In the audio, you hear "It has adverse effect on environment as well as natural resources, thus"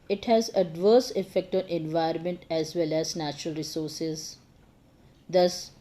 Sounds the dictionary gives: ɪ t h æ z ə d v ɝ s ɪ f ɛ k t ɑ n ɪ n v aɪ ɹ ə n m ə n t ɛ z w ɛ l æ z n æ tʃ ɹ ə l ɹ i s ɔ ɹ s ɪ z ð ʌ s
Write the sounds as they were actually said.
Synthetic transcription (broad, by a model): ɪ t h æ z ə d v ɝ s ɪ f ɛ k t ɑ n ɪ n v aɪ ə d m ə n t ɛ z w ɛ l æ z n æ tʃ ɹ ə l ɹ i s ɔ ɹ s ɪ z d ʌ s